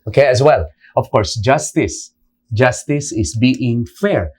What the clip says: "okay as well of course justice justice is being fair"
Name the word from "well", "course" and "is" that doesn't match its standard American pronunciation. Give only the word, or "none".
is